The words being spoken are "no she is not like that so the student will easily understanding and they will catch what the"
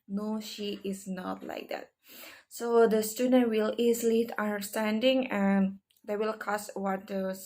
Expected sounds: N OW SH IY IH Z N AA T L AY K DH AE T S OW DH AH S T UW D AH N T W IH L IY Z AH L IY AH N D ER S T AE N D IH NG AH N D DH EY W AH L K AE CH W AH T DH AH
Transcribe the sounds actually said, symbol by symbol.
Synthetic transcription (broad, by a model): N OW SH IY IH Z N AA T L AY K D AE T S OW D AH S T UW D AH N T W IH L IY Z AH L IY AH N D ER S T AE N D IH NG AH N D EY W AH L K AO S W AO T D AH